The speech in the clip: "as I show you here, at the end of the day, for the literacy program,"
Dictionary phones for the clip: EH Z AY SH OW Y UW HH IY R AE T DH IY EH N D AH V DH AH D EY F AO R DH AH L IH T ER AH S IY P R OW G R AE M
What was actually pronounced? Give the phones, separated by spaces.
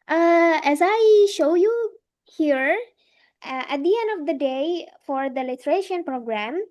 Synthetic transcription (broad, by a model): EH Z AY SH OW Y UW HH IY R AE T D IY EH N D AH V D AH D EY F AO R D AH L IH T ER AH SH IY P R OW G R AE M